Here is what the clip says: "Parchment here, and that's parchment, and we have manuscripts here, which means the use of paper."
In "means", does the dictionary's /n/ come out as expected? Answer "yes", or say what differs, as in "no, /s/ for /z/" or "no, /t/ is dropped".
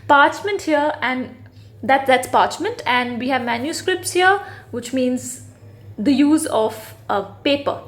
yes